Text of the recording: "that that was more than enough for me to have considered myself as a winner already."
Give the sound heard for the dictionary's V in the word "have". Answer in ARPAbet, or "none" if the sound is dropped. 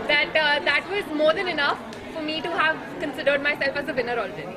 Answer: V